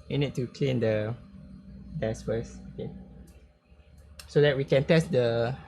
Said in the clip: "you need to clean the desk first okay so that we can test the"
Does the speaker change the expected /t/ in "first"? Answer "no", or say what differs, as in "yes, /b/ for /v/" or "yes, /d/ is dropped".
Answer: yes, /t/ is dropped